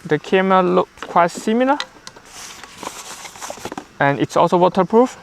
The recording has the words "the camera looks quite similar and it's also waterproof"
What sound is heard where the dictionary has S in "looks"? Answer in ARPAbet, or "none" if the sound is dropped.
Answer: none